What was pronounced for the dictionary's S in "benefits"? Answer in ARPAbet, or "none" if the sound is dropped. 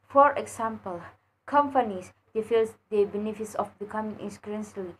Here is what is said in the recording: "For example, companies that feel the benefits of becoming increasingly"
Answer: S